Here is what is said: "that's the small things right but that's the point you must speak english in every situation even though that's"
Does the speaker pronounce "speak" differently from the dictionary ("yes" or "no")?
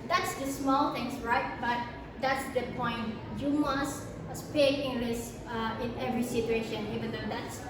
yes